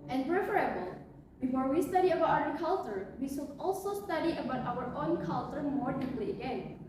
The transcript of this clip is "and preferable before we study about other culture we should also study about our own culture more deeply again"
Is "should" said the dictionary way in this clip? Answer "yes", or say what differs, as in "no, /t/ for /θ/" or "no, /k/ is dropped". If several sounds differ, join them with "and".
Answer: no, /s/ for /ʃ/